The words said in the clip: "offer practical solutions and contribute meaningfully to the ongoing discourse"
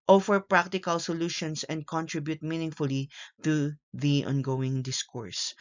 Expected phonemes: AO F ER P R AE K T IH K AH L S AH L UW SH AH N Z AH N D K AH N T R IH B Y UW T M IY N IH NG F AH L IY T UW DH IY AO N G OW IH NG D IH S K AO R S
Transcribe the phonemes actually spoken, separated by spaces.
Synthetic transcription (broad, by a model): AO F ER P R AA K T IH K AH L S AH L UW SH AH N S AH N D K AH N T R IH B Y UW T M IY N IH NG F AH L IY T UW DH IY AO N G OW IH NG D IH S K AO R S